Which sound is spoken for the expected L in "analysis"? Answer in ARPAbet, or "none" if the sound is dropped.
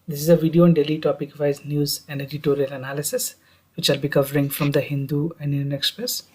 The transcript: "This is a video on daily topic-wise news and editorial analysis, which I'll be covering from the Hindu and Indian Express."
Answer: L